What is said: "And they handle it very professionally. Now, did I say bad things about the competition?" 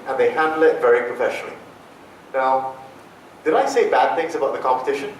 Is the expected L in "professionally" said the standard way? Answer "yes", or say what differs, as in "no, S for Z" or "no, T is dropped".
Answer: yes